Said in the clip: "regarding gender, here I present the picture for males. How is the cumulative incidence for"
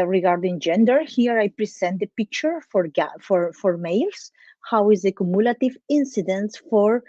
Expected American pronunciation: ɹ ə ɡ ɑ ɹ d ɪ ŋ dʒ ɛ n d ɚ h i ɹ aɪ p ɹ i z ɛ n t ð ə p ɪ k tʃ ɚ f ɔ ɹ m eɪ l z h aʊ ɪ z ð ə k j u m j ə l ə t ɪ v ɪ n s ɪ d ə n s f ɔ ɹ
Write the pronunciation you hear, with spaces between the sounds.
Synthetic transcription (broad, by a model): ɹ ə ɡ ɑ ɹ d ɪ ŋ dʒ ɛ n d ɚ h i ɹ aɪ p ɹ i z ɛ n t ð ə p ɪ k tʃ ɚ f ɔ ɹ m eɪ l s h aʊ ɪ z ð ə k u m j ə l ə t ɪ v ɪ n s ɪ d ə n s f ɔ ɹ